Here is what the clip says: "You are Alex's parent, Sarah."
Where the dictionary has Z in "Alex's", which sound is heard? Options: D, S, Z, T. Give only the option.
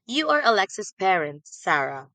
S